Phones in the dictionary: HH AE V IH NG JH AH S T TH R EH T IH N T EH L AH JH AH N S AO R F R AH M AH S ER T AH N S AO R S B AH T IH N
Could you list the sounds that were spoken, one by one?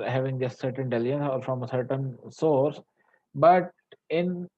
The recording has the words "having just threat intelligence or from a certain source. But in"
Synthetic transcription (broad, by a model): HH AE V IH NG JH AH S T S R T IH N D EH L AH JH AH N S AO R F R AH M AH S ER T AH N S AO R S B AH T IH N